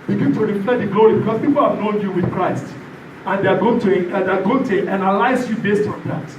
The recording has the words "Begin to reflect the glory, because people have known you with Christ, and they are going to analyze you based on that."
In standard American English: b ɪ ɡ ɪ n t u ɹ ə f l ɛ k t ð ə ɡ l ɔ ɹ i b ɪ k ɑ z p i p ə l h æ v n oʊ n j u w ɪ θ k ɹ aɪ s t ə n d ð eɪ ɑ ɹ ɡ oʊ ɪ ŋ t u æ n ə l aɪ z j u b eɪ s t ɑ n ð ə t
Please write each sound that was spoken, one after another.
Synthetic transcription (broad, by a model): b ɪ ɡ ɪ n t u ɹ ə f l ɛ t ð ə ɡ l ɔ ɹ i b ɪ k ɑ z p i p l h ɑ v n oʊ n j u w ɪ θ k ɹ aɪ s t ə n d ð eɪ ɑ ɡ ɡ oʊ ɪ ŋ t u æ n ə l aɪ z j u b eɪ s t ɑ n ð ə t